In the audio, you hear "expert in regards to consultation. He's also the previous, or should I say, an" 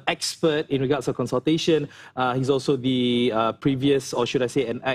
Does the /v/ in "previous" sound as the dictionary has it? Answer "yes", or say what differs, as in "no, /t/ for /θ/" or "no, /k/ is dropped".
yes